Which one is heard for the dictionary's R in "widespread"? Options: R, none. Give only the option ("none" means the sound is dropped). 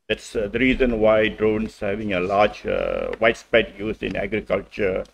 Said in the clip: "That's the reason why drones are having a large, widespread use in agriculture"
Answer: none